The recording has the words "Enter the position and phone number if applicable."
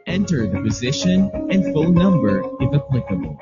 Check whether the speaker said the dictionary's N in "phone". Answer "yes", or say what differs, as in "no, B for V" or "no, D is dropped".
no, L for N